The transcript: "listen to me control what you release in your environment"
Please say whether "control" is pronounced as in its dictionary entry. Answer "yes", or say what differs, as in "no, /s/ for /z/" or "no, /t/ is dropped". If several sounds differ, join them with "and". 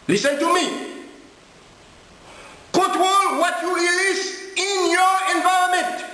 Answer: no, /n/ is dropped and /w/ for /ɹ/